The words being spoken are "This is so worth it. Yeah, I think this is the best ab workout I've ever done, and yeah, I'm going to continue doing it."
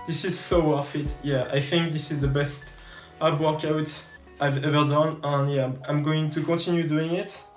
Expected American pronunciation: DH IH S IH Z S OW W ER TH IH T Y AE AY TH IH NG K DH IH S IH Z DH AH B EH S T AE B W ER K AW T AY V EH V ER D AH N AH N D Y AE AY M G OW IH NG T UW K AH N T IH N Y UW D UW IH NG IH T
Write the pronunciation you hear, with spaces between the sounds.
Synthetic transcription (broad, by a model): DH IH S IH Z S OW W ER F IH T Y AE AY TH IH NG K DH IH S IH Z DH AH B EH S T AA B W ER K AW T AY V EH V ER D AH N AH N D Y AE AY M G OW IH NG T UW K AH N T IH N Y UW D UW IH NG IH T